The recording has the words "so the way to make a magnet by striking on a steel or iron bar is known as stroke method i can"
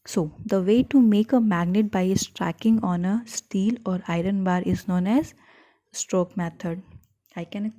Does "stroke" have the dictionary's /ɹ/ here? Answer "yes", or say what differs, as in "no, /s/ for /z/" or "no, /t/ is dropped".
yes